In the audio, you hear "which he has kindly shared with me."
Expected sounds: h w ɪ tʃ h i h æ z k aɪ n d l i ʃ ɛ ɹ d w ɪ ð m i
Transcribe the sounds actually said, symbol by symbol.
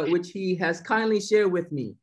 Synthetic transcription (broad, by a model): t w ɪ tʃ h i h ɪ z k aɪ n d l i ʃ ɛ ɹ d w ɪ ð m i